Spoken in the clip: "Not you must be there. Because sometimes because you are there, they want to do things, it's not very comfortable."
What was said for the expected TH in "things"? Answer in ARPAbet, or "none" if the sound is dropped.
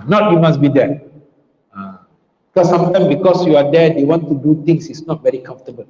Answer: T